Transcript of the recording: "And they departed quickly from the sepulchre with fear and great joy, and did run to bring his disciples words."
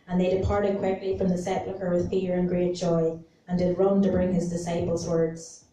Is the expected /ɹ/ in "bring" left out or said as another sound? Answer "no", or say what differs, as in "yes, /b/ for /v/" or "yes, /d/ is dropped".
no